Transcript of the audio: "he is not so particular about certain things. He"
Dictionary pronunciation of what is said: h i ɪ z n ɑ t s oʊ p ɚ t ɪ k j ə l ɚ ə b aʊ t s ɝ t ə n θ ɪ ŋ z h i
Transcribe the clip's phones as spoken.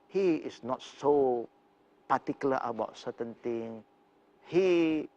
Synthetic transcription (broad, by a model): h i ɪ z n ɑ t s oʊ p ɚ t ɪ k j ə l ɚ ə b aʊ t s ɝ t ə n t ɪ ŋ h i